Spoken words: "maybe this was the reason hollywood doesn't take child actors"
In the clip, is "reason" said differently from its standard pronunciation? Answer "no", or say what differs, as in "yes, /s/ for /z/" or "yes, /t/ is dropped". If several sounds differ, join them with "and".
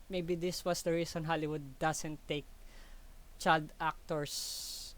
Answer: yes, /s/ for /z/